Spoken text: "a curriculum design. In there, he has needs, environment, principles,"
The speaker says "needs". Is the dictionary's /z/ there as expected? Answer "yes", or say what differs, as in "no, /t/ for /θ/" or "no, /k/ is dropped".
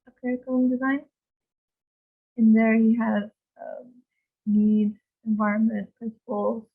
no, /z/ is dropped